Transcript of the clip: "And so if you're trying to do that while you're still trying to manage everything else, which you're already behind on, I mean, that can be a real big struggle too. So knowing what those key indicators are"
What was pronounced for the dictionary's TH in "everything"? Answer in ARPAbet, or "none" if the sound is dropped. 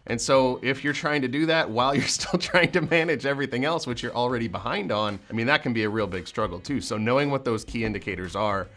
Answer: TH